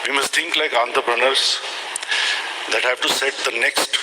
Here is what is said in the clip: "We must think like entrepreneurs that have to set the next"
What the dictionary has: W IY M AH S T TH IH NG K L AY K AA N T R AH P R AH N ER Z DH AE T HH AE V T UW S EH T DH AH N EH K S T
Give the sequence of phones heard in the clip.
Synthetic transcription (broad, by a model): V IY M AH S T T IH NG K L AY K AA N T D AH B R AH N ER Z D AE T HH AE V T UW S EH T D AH N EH K S T